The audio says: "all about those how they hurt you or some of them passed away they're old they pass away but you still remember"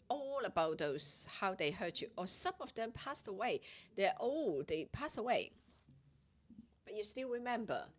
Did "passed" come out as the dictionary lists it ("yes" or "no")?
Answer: yes